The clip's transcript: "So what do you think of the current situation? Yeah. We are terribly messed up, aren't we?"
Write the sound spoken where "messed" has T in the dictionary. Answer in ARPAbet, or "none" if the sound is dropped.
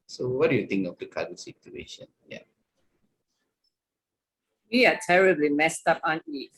T